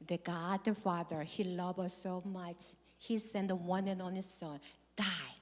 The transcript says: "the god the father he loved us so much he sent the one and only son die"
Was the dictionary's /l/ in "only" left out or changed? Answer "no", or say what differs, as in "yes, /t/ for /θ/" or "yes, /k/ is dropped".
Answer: yes, /l/ is dropped